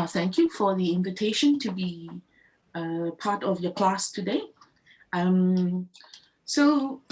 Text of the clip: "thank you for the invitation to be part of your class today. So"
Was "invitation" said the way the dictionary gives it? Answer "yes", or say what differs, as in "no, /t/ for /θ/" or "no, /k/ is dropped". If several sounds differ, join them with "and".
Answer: yes